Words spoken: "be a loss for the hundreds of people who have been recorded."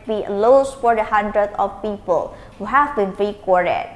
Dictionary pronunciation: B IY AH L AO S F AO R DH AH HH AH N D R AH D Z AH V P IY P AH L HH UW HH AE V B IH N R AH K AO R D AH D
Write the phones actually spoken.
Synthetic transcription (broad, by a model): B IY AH L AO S F AO R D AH HH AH N D R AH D AH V P IY P AH L HH UW HH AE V B IH N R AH K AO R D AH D